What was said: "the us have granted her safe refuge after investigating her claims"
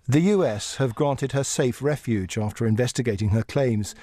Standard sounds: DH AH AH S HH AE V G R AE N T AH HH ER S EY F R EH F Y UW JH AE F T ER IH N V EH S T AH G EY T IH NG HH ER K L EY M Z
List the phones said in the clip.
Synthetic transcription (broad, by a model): DH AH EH S HH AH V G R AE N T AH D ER S EY F R EH F Y UW JH AE F T ER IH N V EH S T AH G EY T IH NG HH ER K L EY M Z